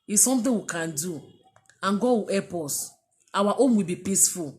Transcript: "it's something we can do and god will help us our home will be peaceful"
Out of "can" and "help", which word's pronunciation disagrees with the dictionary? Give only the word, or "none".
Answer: help